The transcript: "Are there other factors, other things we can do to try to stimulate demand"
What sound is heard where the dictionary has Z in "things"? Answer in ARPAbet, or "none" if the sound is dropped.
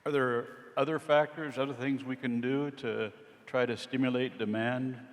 Z